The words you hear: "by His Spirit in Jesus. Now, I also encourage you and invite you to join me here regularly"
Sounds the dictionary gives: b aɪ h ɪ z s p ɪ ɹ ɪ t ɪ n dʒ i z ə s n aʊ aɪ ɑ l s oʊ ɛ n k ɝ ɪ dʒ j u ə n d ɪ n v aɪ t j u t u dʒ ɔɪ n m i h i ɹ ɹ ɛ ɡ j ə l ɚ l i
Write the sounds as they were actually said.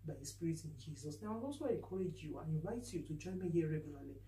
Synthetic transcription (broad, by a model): b aɪ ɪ s p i ɹ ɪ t ɪ n dʒ i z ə s n aʊ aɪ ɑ s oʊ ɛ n k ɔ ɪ dʒ j u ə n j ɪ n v aɪ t j u t u dʒ ɔɪ n m i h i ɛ ɹ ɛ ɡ j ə l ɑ l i